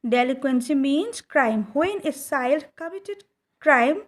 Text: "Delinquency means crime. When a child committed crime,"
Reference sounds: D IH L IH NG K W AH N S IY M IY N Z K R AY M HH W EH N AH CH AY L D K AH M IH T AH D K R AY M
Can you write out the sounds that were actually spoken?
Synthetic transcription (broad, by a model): D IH L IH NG K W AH N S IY M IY N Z K R AY M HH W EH N AH S AY L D K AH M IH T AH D K R AY M